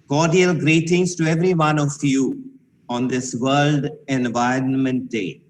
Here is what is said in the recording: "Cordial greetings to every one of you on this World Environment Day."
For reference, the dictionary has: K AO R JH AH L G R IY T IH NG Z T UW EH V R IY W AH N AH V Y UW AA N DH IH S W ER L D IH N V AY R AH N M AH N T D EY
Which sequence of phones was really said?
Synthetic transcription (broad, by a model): K AO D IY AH L G R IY T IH NG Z T UW EH V R IY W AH N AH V Y UW AA N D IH S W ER L D IH N V AY R AH N M AH N T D EY